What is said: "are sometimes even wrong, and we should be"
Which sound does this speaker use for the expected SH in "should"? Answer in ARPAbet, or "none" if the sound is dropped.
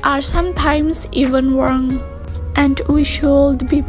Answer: SH